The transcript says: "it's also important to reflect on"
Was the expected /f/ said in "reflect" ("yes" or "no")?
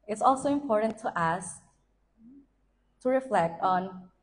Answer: yes